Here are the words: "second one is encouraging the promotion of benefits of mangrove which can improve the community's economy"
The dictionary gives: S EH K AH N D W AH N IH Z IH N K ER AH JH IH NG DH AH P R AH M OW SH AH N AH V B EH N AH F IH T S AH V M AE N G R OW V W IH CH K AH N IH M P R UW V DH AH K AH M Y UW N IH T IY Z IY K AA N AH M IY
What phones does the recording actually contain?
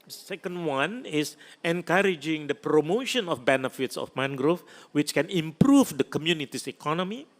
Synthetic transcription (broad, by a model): S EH K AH N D W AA N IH S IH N K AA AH JH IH NG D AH P R AH M OW SH AH N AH F B EH N AH F IH T S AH F M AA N G R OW F W IH CH K AH N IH M P R UW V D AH K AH M Y UW N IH T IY S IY K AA N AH M IY